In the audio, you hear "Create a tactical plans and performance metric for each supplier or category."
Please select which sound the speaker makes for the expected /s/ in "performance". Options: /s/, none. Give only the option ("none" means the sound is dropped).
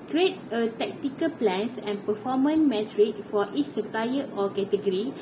none